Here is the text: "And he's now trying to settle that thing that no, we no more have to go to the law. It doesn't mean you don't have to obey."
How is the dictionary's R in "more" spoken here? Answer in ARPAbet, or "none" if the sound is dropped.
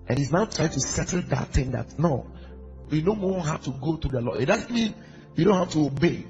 W